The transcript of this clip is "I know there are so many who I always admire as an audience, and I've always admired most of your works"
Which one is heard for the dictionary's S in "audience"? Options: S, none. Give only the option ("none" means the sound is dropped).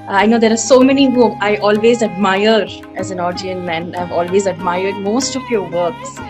none